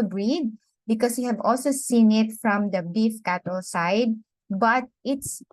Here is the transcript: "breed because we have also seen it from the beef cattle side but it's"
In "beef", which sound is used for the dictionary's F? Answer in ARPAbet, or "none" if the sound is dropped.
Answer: F